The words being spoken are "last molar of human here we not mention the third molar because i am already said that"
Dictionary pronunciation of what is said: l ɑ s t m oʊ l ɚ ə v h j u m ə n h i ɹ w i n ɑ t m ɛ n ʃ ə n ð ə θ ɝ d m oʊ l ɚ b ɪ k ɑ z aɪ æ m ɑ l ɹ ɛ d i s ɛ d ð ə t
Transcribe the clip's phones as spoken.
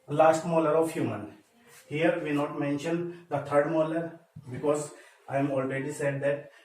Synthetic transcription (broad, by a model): l ɑ s t m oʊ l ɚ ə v h j u m ə n h i ɹ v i n ɑ t m ɛ n ʃ ə n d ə t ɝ d m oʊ l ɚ b ɪ k ɑ z aɪ m ɑ l ɹ ɛ d i s ɛ d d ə t